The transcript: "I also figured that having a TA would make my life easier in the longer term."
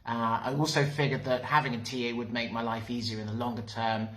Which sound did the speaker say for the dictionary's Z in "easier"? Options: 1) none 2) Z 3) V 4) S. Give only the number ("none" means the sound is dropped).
2